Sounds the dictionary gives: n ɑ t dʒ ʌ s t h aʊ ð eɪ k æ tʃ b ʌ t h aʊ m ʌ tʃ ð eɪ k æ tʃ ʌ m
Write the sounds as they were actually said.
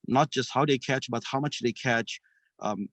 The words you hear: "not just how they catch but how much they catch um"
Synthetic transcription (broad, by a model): n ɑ t dʒ ʌ s t h aʊ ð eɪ k æ tʃ b ʌ t h aʊ m ʌ tʃ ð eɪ k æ tʃ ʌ m